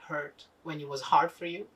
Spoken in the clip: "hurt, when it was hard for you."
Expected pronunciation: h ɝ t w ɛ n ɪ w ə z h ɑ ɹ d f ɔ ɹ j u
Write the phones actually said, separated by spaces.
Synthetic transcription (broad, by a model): h ɝ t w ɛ n ɪ w ə z h ɑ ɹ d f ɔ ɹ j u